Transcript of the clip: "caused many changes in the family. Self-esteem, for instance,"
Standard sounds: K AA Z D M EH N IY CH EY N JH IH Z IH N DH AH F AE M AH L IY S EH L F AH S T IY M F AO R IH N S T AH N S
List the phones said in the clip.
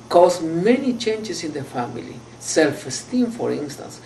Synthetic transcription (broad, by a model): K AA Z M EH N IY CH EY N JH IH S IH N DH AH F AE M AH L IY S EH L F AH S T IY M F AO R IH N S T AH N S